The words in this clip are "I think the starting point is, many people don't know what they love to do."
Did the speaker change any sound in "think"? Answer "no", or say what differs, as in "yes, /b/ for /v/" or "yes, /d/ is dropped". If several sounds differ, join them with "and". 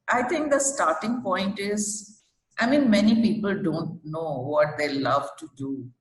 yes, /t/ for /θ/